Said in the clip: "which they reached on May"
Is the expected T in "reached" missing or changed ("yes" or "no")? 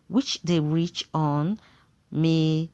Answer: yes